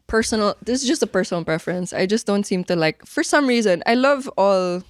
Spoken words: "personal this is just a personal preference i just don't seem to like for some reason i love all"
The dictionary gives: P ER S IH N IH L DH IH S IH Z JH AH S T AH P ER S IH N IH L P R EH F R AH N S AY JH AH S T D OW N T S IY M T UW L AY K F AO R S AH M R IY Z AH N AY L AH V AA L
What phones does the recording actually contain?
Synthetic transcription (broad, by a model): P ER S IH N L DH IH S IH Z JH AH S T AH P ER S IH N L P R EH F R AH N S AY JH AH S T D OW N T S IY M T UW L AY K F AO R S AH M R IY Z AH N AY L AH V AA L